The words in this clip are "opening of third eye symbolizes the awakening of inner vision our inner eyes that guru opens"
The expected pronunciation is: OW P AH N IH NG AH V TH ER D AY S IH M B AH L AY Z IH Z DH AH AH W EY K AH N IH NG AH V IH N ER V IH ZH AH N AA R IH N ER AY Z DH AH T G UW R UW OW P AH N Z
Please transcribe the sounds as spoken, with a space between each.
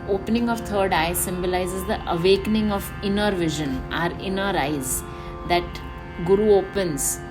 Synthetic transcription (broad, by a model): OW P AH N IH NG AH V T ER D AY S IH M B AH L AY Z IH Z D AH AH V EY K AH N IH NG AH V IH N ER V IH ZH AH N AA R IH N ER AY Z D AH T G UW R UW OW P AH N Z